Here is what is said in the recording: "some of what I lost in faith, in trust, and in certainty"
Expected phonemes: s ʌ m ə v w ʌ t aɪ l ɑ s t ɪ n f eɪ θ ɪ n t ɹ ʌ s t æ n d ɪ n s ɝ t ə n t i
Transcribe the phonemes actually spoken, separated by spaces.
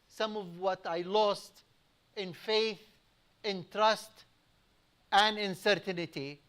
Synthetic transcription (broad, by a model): s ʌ m ə v w ʌ t aɪ l ɑ s t ɪ n f eɪ θ ɪ n t ɹ ʌ s t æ n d ɪ n s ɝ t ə n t i